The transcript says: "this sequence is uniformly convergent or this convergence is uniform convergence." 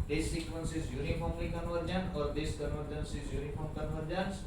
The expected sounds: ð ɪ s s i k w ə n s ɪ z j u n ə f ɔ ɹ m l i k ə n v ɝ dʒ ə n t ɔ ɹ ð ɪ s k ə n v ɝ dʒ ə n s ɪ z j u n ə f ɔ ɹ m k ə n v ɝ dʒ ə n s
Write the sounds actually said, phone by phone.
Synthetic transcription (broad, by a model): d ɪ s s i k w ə n s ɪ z j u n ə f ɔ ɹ m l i k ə n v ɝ dʒ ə n ɔ ɹ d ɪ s k ə n v ɝ dʒ ə n s ɪ z j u n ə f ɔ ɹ m k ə n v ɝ dʒ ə n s